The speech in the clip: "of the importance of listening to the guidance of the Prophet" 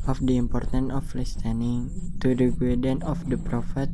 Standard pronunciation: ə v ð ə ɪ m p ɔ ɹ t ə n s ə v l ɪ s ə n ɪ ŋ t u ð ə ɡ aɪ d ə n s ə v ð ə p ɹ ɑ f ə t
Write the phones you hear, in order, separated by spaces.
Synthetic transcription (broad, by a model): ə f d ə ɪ m p ɔ ɹ t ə n ə f l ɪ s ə n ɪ ŋ t u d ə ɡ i d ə n ə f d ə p ɹ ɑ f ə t